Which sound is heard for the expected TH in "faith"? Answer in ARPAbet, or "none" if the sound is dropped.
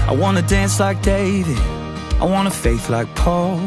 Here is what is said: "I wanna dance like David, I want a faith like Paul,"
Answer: TH